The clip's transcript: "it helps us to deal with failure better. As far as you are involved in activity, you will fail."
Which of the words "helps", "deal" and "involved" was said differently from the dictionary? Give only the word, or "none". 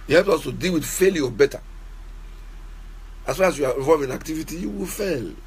involved